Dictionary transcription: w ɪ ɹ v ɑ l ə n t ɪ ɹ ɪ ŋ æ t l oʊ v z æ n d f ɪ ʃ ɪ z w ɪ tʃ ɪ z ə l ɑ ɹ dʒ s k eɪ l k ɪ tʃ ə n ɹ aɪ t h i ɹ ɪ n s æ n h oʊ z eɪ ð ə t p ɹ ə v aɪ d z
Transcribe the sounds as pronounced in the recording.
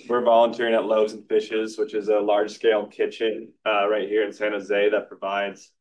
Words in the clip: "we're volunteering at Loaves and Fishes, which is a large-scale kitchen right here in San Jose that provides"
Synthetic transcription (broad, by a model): w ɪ ɹ v ɑ l ə n t ɪ ɹ ɪ ŋ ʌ t l oʊ v z n f ɪ ʃ ɪ z w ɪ tʃ ɪ z ə l ɑ ɹ dʒ s k eɪ l k ɪ tʃ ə n ɹ aɪ t h i ɹ ɪ n s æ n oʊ z eɪ ð ə t p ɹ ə v aɪ d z